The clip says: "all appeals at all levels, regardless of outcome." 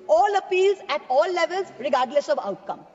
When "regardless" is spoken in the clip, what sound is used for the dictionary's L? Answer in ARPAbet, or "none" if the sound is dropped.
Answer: L